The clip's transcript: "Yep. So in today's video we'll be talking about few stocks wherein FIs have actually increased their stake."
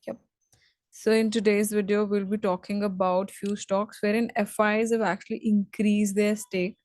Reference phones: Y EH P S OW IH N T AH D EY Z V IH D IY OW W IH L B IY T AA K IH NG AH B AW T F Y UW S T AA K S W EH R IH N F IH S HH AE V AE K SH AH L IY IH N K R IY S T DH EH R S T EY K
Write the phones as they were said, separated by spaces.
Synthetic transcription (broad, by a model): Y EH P S OW IH N T AH D EY Z V IH D IY OW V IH L B IY T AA K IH NG AH B AW T F Y UW S T AA K S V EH R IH N F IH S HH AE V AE K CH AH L IY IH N K R IY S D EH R S T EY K